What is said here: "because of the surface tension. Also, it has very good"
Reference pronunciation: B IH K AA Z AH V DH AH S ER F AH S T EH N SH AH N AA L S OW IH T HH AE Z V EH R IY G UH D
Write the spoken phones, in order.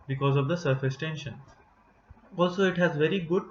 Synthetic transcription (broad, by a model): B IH K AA Z AH V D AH S ER F AH S T EH N SH AH N AA L S OW IH T HH AE Z V EH R IY G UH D